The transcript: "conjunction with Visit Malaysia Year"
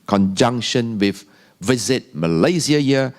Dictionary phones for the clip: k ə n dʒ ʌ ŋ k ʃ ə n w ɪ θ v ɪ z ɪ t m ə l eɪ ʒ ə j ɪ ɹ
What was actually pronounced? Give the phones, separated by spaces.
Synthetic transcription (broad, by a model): k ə n dʒ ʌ ŋ k ʃ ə n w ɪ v v ɪ z ɪ t m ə l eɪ z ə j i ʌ